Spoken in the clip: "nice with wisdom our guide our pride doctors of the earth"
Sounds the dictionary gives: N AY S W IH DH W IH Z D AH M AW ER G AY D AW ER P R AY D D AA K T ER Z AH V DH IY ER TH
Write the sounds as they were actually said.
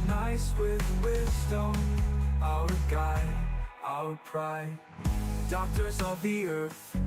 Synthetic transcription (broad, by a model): N AY S W IH DH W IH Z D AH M AW ER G AY AW ER P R AY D D AA K T ER Z AH V DH IY ER TH